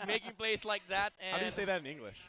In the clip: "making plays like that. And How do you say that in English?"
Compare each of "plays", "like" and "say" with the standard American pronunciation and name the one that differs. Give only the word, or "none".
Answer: plays